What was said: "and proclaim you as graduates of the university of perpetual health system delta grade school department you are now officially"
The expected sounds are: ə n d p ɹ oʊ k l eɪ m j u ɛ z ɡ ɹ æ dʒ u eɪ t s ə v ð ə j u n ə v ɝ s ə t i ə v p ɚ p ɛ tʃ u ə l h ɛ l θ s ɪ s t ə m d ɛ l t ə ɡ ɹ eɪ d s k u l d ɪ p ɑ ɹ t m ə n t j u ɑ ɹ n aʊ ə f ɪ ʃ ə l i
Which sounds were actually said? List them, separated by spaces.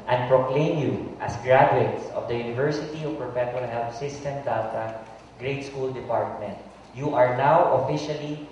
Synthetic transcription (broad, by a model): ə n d p ɹ oʊ k l eɪ m j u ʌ s ɡ ɹ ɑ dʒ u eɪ t s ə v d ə j u n ə v ɝ s ə t i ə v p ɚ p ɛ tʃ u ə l h ɛ l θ s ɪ s t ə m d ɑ t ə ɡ ɹ eɪ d s k u l d ɪ p ɑ ɹ t m ə n t j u ɑ ɹ n aʊ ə f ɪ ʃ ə l i